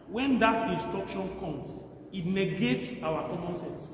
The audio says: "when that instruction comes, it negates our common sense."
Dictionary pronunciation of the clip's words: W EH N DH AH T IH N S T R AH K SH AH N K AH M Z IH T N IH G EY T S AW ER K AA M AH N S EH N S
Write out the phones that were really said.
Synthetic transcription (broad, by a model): W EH N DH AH T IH N S T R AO K SH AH N K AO M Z IH T N IH G EY T S AW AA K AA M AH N S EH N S